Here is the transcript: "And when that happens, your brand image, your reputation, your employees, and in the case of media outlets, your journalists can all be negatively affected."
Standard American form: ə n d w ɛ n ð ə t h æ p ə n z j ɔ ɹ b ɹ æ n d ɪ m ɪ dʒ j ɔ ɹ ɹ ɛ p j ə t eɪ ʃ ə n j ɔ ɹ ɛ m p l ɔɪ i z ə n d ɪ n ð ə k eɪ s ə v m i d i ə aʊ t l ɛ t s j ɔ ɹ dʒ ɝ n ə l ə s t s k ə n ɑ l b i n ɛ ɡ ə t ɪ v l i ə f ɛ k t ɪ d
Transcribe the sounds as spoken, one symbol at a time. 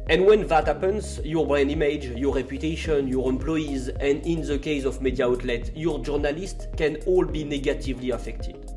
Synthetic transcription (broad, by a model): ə n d w ɛ n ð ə t h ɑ p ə n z j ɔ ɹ b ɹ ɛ n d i m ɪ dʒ j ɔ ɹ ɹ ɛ p j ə t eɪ ʃ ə n j ɔ ɹ ɛ m p l ɔɪ i z ə n d ɪ n ð ə k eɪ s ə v m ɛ d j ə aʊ t l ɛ t j ɔ ɹ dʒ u n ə l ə s t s k ə n ɑ l b i n ɛ ɡ ə t ɪ v l i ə f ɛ k t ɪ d